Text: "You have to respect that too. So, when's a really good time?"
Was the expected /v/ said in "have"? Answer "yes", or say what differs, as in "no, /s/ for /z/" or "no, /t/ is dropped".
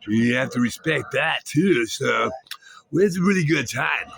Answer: no, /f/ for /v/